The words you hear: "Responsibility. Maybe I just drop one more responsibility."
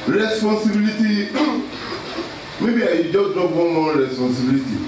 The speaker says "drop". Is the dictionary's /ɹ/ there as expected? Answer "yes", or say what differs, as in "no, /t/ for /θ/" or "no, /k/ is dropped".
no, /ɹ/ is dropped